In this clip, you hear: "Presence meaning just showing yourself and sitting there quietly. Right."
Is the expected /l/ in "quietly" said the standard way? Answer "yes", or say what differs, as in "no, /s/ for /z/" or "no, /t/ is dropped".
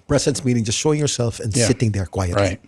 no, /l/ is dropped